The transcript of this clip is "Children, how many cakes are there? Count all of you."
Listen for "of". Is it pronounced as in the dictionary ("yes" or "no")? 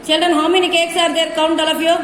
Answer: no